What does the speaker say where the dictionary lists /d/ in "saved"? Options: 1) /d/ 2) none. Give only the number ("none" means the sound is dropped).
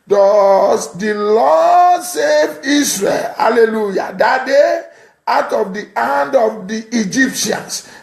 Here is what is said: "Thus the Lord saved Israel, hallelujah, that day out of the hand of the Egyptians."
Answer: 2